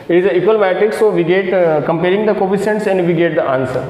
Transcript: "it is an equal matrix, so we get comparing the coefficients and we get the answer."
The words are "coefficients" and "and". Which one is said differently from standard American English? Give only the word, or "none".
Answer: coefficients